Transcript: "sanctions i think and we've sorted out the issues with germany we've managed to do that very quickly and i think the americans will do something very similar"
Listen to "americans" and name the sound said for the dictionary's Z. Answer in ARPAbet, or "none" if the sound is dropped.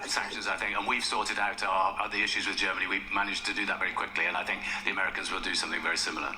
Z